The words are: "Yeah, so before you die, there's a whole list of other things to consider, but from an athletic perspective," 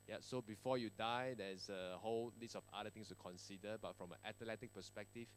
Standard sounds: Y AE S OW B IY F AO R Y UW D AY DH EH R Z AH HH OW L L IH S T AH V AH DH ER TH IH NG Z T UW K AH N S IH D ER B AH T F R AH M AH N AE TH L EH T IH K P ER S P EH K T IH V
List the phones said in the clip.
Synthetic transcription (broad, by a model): Y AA S OW B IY F AO Y UW D AY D EH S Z AH HH OW L L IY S AH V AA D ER T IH NG S T UW K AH N S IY D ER B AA T F R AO M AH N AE T L EH T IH K P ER S P EH K T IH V